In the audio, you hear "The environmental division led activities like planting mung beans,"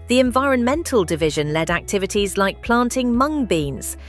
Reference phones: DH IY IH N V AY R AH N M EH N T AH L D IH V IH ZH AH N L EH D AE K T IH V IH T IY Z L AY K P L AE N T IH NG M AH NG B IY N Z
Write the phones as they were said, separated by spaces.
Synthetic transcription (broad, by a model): DH IY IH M V AY R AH N M EH N T AH L D IH V IH ZH AH N L EH D AE K T IH V IH T IY Z L AY K P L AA N T IH NG M AH NG B IY N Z